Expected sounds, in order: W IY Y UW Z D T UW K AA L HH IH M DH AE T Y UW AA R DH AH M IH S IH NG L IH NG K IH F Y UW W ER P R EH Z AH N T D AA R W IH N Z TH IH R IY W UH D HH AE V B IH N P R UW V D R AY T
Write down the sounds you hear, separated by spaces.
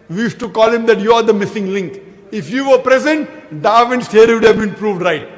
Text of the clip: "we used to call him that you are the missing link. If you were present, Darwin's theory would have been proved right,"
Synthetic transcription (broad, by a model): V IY Y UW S T UW K AA L HH IH M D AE T Y UW AA R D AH M IH S IH NG L IH NG K IH F Y UW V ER P R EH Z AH N T D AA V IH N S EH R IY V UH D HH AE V B IH N P R UW V D R AY T